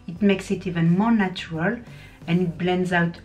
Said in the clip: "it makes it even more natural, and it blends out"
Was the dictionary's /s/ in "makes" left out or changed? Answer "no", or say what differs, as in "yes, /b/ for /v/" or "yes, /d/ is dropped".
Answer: no